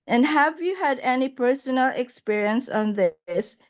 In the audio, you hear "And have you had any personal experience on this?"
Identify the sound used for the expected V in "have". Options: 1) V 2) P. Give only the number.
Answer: 1